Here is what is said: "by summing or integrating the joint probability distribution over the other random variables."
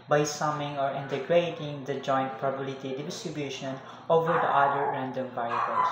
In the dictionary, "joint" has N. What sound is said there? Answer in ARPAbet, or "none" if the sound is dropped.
N